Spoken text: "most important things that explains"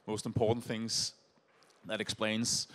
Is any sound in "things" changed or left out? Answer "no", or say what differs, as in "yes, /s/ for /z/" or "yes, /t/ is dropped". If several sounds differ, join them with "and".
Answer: no